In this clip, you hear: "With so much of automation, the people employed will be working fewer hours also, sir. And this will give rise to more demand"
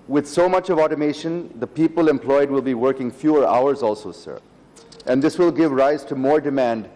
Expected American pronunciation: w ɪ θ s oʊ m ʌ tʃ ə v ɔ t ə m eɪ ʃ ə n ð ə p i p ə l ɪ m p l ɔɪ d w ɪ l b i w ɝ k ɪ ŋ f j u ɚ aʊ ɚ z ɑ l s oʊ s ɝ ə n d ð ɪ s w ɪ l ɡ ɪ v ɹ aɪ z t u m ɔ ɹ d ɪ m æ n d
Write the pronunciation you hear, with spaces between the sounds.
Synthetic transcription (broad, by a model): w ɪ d s oʊ m ʌ tʃ ə v ɔ t ə m eɪ ʃ ə n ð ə p i p ə l ɪ m p l ɔɪ d w ɪ l b i w ɝ k ɪ ŋ f j u ɚ aʊ ɚ z ɑ l s oʊ s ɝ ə n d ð ɪ s w ɪ l ɡ ɪ v ɹ aɪ z t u m ɔ ɹ d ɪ m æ n d